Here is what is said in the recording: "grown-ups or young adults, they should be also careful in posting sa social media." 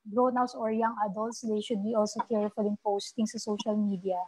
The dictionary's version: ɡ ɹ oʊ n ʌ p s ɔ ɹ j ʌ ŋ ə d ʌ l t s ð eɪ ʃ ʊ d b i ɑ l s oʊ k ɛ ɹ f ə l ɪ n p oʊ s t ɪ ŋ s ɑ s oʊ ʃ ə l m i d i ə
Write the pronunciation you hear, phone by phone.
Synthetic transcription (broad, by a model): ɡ ɹ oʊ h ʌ s ɔ ɹ j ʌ ŋ ə d ʌ l t s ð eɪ ʃ ʊ d b i ɑ l s oʊ k ɛ ɹ f ə l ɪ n p oʊ s t ɪ ŋ s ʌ s oʊ ʃ ə l m i d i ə